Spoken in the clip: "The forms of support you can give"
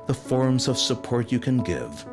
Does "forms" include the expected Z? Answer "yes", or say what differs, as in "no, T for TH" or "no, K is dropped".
yes